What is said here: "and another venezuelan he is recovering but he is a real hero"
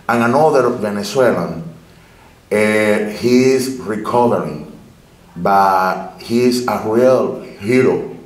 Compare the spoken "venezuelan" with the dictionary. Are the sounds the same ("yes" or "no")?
no